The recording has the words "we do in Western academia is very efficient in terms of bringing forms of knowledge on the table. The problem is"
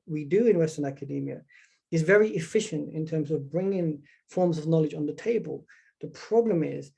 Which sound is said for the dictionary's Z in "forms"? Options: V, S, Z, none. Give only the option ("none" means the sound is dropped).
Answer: Z